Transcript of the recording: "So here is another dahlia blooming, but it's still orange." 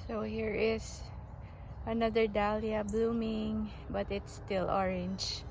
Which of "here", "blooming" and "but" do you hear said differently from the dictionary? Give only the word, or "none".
none